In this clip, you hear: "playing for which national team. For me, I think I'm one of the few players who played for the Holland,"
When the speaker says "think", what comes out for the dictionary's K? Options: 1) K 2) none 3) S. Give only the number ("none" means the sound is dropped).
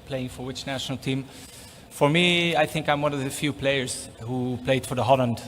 1